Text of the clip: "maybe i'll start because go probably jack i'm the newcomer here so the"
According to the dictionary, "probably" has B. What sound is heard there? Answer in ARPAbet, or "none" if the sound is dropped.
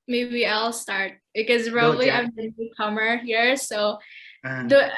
none